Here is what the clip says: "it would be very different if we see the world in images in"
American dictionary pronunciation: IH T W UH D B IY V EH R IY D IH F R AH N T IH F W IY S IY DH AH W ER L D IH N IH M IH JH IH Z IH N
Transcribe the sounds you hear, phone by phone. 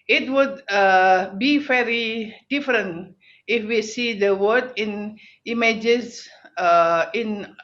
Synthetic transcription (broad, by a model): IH T W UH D B IY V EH R IY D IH F R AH N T IH F W IY S IY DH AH W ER D IH N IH M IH JH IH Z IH N